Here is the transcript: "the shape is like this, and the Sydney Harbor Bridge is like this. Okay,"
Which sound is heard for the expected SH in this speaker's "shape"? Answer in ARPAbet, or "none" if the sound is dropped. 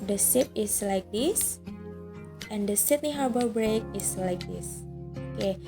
S